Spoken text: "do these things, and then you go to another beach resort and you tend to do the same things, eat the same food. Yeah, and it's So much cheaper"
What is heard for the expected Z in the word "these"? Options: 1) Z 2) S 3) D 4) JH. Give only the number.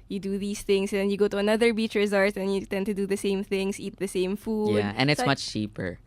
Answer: 2